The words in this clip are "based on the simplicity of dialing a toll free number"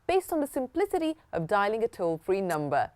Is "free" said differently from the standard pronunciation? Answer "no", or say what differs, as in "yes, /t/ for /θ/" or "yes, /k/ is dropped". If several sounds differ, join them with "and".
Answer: no